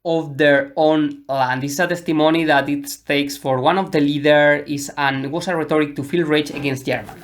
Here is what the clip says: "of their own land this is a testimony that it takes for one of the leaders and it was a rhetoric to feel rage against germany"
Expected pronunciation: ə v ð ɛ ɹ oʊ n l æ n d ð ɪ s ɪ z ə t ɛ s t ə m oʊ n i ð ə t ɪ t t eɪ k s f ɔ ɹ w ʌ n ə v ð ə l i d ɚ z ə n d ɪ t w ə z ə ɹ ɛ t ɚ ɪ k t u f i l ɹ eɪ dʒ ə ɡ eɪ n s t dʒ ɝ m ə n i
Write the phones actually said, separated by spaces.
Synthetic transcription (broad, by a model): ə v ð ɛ ɹ oʊ n l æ n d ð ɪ s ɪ s ə t ɛ s t ə m oʊ n i ð ə t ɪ t t eɪ k s f ɔ ɹ w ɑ n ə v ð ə l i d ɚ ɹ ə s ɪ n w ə s ə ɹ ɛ t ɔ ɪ k t u f i l ɹ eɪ tʃ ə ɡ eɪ n s t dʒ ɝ m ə n